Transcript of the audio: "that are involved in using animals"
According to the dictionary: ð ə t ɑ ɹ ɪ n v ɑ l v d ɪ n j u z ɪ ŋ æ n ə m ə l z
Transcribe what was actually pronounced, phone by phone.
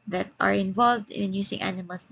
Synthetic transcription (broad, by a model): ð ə t ɑ ɹ ɪ n v ɑ l v d ɪ n j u s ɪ ŋ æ n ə m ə l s